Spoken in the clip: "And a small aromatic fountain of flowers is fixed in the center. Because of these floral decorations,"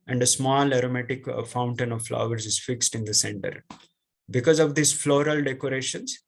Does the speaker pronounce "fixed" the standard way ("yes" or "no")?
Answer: yes